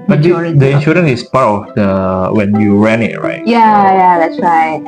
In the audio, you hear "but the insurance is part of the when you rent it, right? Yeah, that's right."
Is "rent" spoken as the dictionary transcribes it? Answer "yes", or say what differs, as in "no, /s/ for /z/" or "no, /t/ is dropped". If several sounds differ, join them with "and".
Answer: no, /t/ is dropped